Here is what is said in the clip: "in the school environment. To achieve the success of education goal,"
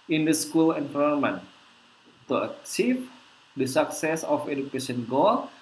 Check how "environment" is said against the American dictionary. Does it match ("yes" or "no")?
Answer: no